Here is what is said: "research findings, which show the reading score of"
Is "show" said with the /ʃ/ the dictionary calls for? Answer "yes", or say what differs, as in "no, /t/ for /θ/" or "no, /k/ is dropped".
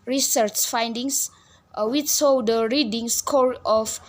no, /s/ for /ʃ/